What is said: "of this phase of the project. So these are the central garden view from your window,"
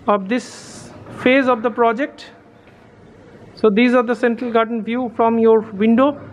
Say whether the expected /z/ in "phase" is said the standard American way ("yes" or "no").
yes